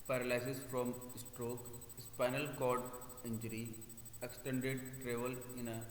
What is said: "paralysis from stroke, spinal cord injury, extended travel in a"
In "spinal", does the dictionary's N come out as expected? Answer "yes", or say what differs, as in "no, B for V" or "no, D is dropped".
yes